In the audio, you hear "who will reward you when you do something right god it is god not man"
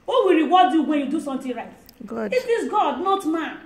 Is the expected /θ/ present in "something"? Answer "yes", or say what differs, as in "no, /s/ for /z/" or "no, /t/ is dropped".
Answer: no, /t/ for /θ/